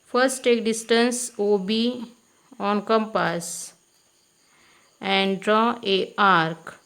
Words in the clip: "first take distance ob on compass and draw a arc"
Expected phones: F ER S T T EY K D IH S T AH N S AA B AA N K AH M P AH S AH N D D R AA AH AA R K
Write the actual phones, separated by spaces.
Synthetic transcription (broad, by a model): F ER S T T EY K D IH S T AH N S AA B AA N K AH M P AH S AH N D D R AA AH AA R K